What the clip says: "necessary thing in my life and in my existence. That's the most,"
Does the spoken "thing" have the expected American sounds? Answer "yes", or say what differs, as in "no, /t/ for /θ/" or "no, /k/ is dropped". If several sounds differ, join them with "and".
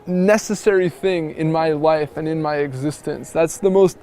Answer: yes